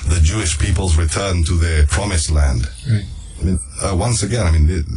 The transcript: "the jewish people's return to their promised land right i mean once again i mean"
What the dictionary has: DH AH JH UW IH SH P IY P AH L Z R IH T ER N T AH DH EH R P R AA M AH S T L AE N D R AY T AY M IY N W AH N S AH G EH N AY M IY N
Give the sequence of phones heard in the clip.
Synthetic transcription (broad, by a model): DH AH JH UW IH SH P IY P AH L Z R IH T ER N T AH DH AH R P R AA M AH S L AE N D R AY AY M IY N W AH N S AH G EH N AY M IY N